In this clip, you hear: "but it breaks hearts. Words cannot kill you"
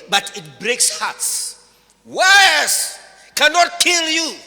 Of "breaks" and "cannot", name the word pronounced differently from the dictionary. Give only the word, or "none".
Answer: none